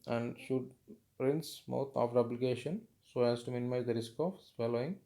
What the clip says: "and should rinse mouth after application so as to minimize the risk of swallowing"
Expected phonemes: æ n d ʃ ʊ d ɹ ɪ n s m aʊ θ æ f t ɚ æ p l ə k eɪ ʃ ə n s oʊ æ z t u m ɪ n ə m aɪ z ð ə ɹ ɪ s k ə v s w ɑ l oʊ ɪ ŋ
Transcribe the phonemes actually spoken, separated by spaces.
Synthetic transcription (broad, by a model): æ n d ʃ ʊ d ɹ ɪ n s m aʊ t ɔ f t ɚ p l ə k eɪ ʃ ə n s oʊ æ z t u m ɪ n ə m aɪ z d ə ɹ ɪ s k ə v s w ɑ l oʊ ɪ ŋ